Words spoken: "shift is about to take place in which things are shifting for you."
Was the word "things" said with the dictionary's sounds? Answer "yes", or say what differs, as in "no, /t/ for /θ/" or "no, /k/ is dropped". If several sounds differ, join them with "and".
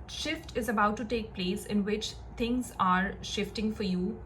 no, /t/ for /θ/